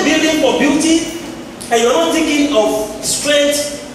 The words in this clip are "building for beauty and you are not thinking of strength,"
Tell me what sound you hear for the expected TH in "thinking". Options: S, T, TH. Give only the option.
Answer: T